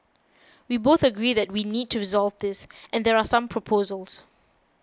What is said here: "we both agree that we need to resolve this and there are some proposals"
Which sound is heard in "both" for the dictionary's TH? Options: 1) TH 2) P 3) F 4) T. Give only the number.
1